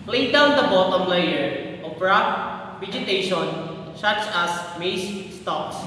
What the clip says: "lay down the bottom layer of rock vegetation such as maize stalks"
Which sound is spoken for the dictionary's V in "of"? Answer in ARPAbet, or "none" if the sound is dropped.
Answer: P